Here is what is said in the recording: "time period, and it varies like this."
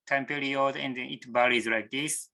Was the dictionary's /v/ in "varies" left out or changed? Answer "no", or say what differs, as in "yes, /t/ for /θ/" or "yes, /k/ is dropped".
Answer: yes, /b/ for /v/